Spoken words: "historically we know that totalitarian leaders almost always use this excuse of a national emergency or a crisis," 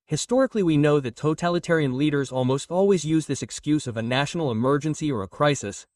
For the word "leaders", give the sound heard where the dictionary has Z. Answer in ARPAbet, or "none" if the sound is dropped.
Z